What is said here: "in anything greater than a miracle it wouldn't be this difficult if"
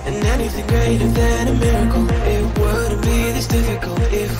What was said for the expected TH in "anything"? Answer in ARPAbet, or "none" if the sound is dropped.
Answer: TH